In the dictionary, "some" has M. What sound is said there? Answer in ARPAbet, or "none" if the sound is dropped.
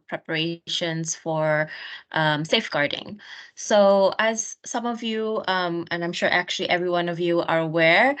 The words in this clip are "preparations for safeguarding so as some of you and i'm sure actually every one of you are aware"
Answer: M